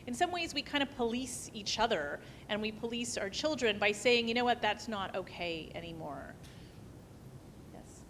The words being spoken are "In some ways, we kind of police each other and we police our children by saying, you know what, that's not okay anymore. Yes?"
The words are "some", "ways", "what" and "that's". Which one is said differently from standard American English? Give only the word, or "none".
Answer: none